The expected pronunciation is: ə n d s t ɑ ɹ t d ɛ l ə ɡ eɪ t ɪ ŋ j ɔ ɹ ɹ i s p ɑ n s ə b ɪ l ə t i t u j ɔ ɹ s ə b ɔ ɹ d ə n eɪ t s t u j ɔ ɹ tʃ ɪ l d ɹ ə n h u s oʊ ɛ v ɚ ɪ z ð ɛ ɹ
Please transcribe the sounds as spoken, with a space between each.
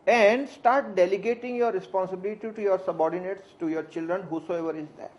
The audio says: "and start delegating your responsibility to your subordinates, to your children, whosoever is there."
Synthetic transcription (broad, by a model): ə n d s t ɑ ɹ t d ɛ l ə ɡ eɪ t ɪ ŋ j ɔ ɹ ɹ i s p ɑ n s ə b ɪ l ə t i t u j ɔ ɹ s ə b ɔ ɹ d ə n eɪ t s t u j ɔ ɹ tʃ ɪ l d ɹ ə n h u s oʊ ɛ v ɚ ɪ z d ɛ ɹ